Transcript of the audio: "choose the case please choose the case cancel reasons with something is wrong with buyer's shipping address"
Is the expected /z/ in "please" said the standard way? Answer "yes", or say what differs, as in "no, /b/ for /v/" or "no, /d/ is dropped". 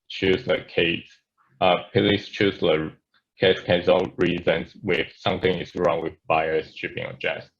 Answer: no, /s/ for /z/